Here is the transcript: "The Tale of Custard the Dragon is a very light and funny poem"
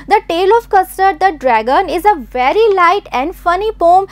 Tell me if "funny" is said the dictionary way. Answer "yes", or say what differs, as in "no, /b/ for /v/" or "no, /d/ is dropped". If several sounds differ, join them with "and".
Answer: yes